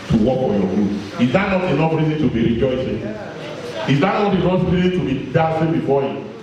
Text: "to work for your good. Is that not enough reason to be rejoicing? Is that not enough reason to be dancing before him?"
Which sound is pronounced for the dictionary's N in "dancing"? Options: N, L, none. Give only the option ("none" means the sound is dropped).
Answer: none